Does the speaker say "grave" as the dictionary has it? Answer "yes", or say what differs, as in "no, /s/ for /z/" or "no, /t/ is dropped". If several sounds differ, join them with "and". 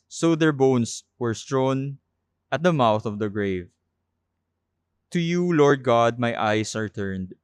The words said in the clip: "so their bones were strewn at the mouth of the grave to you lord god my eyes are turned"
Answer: yes